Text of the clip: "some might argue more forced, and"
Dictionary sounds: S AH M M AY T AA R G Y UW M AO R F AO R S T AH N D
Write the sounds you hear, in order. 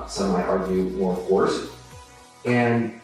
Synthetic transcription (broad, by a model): S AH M M AY T AA R G Y UW M AO R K AO R S AH N